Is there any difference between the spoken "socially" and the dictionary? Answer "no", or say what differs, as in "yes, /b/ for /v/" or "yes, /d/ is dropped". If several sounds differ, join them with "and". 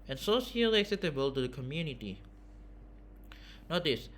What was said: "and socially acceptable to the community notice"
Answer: yes, /s/ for /ʃ/